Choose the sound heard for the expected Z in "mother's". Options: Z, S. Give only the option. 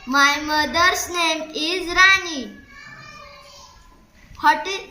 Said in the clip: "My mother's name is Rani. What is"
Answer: S